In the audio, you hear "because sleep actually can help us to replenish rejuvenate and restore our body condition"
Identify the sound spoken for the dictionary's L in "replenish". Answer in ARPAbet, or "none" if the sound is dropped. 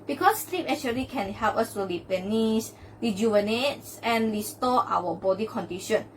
none